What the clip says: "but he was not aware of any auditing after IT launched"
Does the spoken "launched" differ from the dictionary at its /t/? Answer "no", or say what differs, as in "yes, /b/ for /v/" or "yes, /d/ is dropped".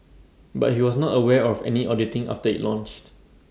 no